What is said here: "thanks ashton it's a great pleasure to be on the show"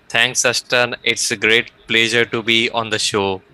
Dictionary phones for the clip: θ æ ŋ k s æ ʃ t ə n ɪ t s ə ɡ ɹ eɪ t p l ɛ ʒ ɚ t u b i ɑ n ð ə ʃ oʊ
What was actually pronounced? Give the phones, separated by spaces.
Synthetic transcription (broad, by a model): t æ ŋ k s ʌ s t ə n ɪ t s ə ɡ ɹ eɪ t p l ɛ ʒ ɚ t u b i ɑ n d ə ʃ oʊ